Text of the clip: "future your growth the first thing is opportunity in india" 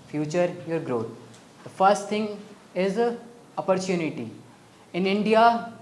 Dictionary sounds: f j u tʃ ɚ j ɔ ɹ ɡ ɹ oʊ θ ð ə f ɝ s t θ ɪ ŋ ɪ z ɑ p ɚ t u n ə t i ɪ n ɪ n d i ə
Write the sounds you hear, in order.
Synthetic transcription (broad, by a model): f j u tʃ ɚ j ɔ ɹ ɡ ɹ oʊ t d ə f ɝ s t t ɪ ŋ ɪ z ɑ p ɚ t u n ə t i ɪ n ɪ n d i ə